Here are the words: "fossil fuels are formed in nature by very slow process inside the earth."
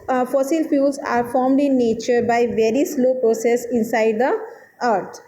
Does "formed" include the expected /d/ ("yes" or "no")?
yes